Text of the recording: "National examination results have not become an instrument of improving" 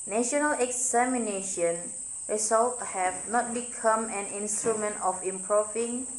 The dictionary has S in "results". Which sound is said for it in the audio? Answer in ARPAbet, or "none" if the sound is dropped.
none